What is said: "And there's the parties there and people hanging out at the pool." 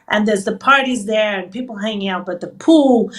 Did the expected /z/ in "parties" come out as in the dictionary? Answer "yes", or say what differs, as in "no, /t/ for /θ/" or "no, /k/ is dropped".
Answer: yes